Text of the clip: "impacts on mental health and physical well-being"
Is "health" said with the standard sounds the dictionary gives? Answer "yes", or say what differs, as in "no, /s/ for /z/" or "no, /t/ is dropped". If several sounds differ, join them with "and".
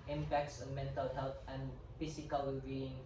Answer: no, /t/ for /θ/